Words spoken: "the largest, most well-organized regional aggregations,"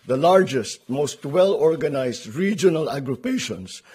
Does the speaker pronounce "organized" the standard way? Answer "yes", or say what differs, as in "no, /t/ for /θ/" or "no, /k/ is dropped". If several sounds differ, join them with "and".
no, /s/ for /z/